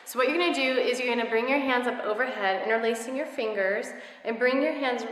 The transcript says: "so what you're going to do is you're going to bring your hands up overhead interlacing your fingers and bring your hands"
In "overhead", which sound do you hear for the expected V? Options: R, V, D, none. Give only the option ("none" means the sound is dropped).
V